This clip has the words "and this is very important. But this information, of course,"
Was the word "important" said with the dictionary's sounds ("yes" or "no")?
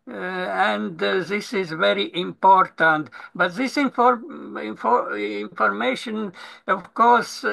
yes